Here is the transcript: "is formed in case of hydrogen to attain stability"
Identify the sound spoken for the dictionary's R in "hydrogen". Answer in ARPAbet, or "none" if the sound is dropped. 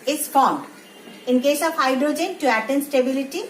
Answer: R